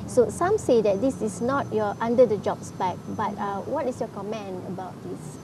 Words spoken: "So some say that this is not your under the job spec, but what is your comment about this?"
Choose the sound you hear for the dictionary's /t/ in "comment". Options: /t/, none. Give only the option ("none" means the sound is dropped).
none